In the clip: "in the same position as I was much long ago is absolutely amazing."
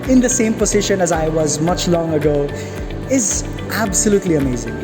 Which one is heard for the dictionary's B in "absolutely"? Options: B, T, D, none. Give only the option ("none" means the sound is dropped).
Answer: B